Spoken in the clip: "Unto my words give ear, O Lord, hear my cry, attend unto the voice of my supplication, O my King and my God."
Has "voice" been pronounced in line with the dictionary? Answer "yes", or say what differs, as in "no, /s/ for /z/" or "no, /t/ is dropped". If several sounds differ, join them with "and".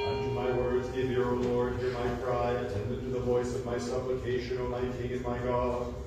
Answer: yes